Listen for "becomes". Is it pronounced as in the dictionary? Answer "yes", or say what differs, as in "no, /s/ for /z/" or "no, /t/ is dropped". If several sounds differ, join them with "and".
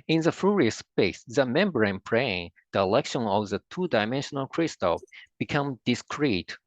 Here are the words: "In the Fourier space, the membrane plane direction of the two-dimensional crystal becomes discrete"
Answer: no, /z/ is dropped